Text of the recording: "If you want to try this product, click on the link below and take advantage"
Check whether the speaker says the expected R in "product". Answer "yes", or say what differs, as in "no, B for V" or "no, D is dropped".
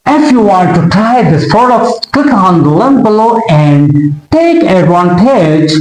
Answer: no, R is dropped